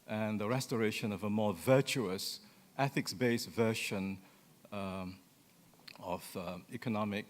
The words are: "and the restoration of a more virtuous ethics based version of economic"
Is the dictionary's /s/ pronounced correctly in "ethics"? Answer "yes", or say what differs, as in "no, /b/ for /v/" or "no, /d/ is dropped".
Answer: yes